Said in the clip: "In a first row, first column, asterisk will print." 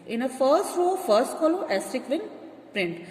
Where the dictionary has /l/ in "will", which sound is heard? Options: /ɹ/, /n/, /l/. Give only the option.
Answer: /n/